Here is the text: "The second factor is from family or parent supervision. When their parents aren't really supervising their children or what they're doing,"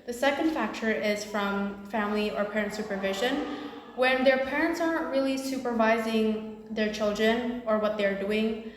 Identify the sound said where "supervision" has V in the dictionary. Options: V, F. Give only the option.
V